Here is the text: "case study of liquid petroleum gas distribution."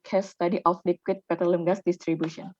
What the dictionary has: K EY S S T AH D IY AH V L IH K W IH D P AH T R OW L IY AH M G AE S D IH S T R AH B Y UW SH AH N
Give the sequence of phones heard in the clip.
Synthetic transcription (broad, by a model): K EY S S T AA D IY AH F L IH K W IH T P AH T OW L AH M G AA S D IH S T R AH B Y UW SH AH N